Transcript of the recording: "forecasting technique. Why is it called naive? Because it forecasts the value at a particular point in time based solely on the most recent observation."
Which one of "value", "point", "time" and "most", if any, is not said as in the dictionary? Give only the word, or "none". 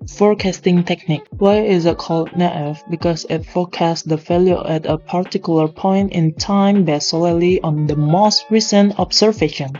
value